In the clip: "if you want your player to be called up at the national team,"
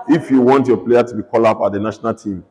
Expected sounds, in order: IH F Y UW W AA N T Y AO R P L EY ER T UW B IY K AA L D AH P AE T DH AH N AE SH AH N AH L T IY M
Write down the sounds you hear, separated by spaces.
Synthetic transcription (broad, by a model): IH F Y UW W AA N T Y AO P L EY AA T UW B IY K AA L AH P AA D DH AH N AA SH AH N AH L T IY M